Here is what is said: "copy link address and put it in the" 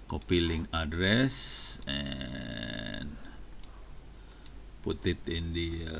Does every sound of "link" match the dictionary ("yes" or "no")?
no